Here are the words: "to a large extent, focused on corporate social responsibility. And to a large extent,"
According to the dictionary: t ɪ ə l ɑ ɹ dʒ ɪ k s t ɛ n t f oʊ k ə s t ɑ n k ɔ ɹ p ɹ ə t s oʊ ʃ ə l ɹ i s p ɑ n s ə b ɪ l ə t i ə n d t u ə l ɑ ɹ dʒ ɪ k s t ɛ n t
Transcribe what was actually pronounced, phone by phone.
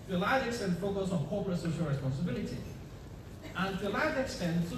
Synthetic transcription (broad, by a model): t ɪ ə l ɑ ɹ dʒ ɪ k s t ɛ n t f oʊ k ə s ɑ n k ɔ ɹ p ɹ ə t s oʊ ʃ ə l ɹ i s p ɑ n s ə b ɪ l ə t i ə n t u ə l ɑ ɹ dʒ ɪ k s t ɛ n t